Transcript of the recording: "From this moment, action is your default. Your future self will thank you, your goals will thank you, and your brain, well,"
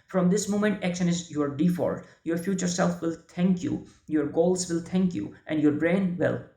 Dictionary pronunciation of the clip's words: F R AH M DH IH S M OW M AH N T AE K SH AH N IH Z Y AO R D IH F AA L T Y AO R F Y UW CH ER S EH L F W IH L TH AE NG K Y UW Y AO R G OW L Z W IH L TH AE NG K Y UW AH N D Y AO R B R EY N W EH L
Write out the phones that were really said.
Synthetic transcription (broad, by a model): F R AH M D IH S M OW M AH N T AE K SH AH N IH Z Y AO R D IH F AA T Y AO R F Y UW CH ER S EH L F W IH L T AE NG K Y UW Y AO R G OW L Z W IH L T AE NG K Y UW AH N D Y AO R B R EY N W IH L